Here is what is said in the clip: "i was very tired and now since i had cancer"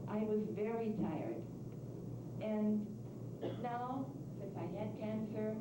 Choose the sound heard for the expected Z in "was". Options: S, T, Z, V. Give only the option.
Z